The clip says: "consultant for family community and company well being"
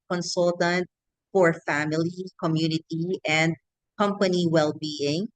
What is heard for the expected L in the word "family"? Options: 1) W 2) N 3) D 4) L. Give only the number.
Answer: 4